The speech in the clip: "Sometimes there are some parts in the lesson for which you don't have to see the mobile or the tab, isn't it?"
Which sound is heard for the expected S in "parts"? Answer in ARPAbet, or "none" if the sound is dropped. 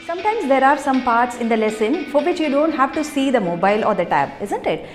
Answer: S